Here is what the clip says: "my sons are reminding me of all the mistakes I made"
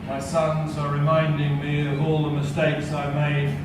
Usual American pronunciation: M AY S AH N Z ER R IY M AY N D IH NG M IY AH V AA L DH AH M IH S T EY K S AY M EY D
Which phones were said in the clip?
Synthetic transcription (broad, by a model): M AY S AH N Z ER R IY M AY N D IH NG M IY AH V AA L DH AH M IH S T EY K S AY M EY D